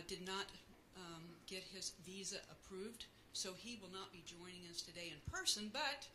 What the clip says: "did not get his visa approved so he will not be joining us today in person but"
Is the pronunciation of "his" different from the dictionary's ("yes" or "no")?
no